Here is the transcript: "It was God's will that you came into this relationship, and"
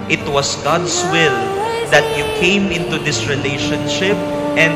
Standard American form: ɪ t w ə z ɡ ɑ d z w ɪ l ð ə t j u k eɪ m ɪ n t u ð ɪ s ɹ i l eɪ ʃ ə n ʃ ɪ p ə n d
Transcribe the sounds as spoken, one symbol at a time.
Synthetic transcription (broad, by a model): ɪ t w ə s ɡ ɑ d s w ɪ l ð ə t j u k eɪ m ɪ n t u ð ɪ s ɹ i l eɪ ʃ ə n ʃ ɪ p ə n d